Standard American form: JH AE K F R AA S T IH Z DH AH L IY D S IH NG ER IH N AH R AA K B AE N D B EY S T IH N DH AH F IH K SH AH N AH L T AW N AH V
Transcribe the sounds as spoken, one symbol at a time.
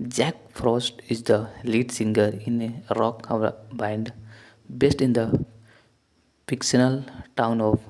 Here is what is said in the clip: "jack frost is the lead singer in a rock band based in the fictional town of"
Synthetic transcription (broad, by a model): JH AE K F R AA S T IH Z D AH L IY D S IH NG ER IH N AH R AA K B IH N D B EY S T IH N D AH P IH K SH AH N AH L T AW N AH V